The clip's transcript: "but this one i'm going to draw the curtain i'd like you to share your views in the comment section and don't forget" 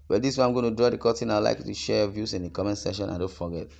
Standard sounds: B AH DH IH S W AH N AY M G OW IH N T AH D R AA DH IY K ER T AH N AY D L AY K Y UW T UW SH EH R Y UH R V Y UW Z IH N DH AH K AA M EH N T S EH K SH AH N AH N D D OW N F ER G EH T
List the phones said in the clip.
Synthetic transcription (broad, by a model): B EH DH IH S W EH AY M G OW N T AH D R AA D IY K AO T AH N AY L AY K Y UW T UW SH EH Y V Y UW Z IH N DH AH K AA M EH N S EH SH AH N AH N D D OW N F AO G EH T